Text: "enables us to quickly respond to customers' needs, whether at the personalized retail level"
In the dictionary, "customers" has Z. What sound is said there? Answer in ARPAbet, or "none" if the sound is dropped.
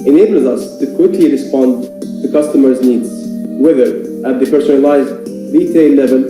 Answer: Z